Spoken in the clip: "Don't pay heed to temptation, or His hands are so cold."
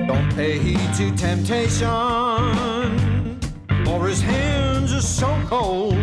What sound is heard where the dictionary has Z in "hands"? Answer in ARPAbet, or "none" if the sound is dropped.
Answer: Z